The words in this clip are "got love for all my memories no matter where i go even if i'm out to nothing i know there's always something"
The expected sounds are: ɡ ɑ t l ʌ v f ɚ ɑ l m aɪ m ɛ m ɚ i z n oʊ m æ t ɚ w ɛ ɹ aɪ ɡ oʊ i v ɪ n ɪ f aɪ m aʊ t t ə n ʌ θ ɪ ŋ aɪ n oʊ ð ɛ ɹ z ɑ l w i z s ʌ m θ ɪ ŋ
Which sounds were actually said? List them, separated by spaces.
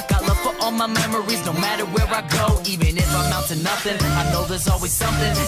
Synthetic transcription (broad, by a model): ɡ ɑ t l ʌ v f ɚ ɑ l m aɪ m ɛ m ɚ i z n oʊ m æ t ɚ w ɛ ɹ aɪ ɡ oʊ i v ɪ n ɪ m aɪ m aʊ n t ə n ʌ θ ɪ ŋ aɪ n oʊ ð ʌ ɹ z ɑ l w i z s ʌ m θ ɪ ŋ